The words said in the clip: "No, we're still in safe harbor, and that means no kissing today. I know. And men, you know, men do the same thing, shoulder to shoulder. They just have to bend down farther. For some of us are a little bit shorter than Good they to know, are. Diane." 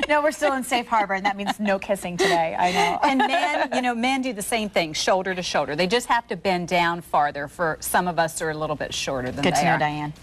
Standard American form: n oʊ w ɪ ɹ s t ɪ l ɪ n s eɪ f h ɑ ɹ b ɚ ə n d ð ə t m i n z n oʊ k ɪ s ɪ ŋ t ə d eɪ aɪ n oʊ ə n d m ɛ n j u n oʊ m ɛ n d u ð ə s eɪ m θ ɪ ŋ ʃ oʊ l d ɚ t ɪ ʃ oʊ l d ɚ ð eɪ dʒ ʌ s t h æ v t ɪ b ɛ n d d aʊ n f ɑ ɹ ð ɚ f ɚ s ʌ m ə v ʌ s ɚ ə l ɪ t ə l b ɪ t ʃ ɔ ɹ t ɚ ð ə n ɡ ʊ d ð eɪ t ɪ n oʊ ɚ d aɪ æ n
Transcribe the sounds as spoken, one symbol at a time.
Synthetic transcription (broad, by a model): n oʊ w ɪ ɹ s t ɪ l ɪ n s eɪ f h ɑ ɹ b ɚ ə n ð ə t m i n z n oʊ k ɪ s ɪ ŋ t ə d eɪ aɪ n oʊ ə n m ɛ n j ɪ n oʊ m ɛ n d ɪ ð ə s eɪ m θ ɪ ŋ ʃ oʊ l d ɚ t ɪ ʃ oʊ l d ɚ ð eɪ dʒ ʌ s t h æ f t ɪ b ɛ n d d aʊ n f ɑ ɹ ð ɚ f ɚ s ʌ m ə v ʌ s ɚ ə l ɪ t l b ɪ t ʃ ɔ ɹ t ɚ ð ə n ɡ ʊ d ð eɪ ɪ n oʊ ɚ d aɪ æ n